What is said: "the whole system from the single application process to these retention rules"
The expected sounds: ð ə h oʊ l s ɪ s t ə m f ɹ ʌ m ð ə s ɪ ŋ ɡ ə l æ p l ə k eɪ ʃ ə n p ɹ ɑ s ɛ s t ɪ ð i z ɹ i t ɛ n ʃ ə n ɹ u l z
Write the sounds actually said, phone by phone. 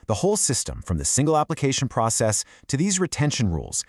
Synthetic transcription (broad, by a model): ð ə h oʊ l s ɪ s t ə m f ɹ ʌ m ð ə s ɪ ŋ ɡ l æ p l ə k eɪ ʃ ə n p ɹ ɑ s ɛ s t ɪ ð i z ɹ i t ɛ n ʃ ə n ɹ u l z